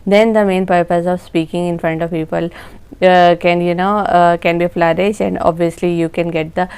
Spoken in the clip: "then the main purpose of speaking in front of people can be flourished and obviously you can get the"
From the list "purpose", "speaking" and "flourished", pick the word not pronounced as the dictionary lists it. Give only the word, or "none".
flourished